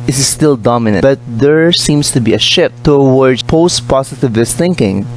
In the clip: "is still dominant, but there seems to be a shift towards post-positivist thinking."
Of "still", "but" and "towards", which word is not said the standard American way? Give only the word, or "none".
towards